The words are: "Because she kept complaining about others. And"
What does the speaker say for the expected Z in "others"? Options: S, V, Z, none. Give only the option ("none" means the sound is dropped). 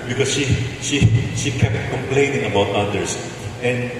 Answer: S